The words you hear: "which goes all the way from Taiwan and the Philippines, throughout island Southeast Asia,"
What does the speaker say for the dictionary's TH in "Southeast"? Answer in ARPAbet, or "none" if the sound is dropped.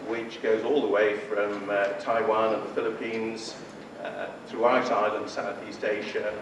TH